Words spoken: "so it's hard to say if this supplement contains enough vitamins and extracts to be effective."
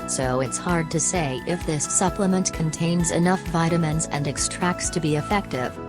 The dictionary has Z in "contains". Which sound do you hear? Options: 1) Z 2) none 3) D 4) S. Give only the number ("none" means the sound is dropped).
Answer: 1